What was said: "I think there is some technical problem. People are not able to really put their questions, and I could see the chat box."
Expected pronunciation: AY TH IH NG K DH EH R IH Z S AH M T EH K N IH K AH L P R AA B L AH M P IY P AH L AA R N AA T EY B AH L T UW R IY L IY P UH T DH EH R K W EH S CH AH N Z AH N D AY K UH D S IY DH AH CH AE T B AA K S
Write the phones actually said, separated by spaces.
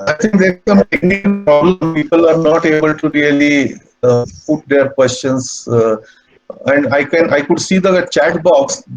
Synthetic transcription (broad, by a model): AY T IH NG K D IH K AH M T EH K N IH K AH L P R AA B L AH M P IY P AH L AA R N AA T EY B AH L T UW R IY L IY P UH T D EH R K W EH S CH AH N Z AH N D AY K UH D S IY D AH CH AE T B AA K S